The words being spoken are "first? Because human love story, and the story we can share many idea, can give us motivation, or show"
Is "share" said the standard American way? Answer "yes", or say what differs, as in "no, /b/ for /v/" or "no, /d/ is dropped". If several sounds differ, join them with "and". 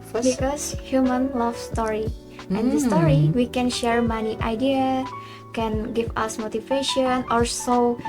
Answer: yes